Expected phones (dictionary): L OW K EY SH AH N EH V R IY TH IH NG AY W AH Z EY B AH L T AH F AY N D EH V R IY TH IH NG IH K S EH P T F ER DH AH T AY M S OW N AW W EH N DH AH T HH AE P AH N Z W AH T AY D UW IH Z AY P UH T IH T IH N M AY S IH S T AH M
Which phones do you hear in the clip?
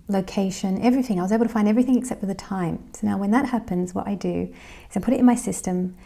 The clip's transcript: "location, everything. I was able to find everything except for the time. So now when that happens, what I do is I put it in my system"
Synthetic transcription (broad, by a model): L OW K EY SH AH N EH V R IY TH IH NG AY W AH Z EY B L T AH F AY N D EH V R IY TH IH NG IH K S EH P T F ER DH AH T AY M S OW N AW W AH N DH AH T HH AE P AH N Z W AH T AY D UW IH Z AY P UH T IH T IH N M AY S IH S T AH M